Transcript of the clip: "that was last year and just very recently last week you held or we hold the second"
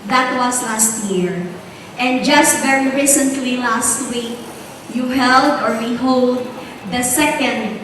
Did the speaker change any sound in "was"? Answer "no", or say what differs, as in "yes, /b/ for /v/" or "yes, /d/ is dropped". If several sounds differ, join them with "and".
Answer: yes, /s/ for /z/